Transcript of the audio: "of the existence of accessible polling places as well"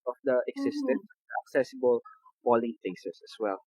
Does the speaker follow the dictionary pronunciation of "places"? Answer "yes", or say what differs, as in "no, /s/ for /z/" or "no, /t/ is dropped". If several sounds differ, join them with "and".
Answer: no, /s/ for /z/